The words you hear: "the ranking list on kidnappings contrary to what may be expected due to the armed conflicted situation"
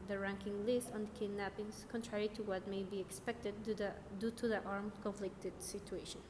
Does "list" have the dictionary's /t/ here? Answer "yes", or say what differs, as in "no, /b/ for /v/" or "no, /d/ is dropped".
yes